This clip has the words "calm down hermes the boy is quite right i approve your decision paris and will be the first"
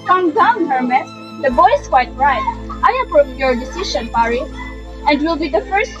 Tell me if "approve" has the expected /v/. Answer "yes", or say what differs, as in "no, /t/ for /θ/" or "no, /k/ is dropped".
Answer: no, /p/ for /v/